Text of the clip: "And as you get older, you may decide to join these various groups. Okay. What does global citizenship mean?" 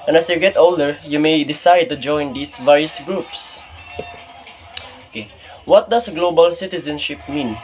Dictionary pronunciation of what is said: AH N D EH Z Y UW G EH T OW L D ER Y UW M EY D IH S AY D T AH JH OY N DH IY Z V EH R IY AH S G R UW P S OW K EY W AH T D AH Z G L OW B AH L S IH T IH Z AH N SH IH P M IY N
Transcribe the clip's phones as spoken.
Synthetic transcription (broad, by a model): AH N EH S Y UW G EH T OW L D ER Y UW M EY D IH S AY D T AH JH OY N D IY S V EH R IY AH S G R UW P S OW K EY W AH T D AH S G L OW B AH L S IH T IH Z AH N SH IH P M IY N